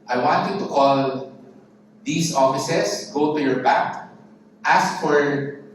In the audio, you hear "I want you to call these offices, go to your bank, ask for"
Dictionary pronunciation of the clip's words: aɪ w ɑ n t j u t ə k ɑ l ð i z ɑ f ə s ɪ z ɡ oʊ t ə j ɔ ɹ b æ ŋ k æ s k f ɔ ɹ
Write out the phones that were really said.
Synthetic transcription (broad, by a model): aɪ w ɑ n t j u t ə k ɑ l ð i s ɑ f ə s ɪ s ɡ oʊ t ə j ɔ ɹ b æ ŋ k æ s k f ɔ ɹ